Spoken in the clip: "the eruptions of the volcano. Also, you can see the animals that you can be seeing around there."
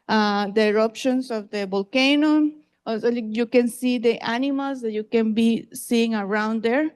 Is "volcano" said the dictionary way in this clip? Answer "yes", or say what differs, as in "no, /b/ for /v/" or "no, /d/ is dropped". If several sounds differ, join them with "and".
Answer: no, /b/ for /v/